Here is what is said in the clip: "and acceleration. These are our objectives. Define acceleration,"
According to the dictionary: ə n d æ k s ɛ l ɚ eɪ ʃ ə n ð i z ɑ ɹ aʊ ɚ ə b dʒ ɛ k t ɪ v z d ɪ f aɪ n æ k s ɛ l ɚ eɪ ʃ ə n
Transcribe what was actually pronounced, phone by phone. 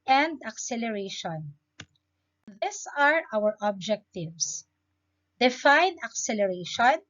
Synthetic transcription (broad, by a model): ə n d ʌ k s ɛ l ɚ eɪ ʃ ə n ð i s ɑ ɹ aʊ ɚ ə b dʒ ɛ k t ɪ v s d ɪ f aɪ n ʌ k s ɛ l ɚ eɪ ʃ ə n